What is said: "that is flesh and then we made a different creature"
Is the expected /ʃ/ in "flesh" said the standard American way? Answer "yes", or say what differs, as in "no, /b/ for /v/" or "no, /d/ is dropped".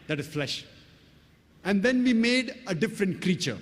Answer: yes